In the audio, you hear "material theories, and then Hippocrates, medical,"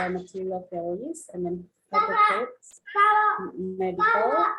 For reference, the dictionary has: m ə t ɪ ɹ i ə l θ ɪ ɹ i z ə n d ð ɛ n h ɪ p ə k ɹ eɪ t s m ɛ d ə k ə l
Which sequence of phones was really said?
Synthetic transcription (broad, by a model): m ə t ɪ ɹ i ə l f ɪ l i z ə n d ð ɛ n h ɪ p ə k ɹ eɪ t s m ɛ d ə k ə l